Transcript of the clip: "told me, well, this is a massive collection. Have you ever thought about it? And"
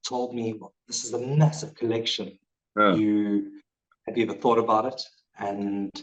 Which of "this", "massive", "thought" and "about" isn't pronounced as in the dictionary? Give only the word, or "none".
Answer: none